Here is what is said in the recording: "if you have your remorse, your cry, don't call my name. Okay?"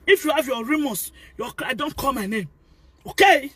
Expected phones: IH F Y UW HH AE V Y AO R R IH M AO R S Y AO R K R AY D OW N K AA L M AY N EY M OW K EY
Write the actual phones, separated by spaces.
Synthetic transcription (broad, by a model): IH F Y UW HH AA V Y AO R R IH M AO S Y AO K AY D OW N K AA L M AY N EY M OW K EY